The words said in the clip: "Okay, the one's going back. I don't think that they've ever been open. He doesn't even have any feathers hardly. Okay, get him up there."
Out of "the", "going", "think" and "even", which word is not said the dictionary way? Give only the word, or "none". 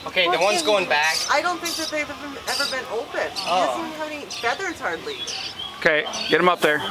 even